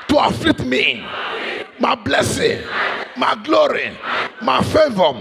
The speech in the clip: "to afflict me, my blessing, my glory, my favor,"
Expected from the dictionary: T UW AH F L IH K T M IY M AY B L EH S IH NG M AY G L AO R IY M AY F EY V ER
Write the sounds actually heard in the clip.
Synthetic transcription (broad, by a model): T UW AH F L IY T M IY M AY B L EH S IH NG M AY G L AO R IY M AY F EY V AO